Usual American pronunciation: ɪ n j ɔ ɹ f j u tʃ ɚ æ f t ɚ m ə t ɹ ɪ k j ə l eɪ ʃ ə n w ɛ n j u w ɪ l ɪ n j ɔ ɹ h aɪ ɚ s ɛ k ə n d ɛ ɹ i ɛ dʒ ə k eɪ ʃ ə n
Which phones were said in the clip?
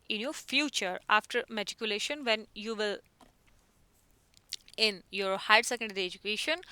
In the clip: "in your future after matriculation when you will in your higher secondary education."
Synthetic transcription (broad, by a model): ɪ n j ɔ ɹ f j u tʃ ɚ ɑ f t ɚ m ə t ɪ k j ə l eɪ ʃ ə n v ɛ n j u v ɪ l ɪ n j ɔ ɹ h aɪ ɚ s ɛ k ə n d ɛ ɹ i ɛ dʒ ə k eɪ ʃ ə n